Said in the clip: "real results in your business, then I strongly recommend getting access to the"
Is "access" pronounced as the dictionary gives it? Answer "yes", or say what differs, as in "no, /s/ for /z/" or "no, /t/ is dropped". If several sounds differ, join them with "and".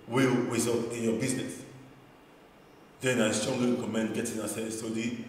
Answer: no, /k/ is dropped